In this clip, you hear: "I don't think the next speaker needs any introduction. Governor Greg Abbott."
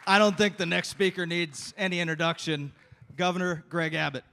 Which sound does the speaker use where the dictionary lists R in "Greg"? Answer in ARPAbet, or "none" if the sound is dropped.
R